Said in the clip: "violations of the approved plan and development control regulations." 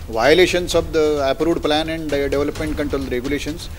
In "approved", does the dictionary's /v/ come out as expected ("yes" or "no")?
no